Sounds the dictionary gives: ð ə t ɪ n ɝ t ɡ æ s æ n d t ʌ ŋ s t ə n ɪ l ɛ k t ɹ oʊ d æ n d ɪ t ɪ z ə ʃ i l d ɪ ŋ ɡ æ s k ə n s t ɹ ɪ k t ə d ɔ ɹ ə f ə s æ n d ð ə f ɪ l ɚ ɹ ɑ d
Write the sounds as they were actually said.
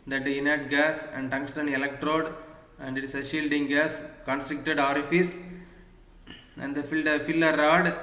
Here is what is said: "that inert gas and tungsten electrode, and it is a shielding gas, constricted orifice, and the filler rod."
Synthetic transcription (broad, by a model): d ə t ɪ n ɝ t ɡ æ s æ n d t ʌ ŋ s t ə n ɪ l ɛ k t ɹ oʊ d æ n d ɪ t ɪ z ə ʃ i l d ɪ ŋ ɡ æ s k ə n s t ɹ ɪ k t ə d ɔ ɹ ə f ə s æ n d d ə f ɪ l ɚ ɹ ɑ d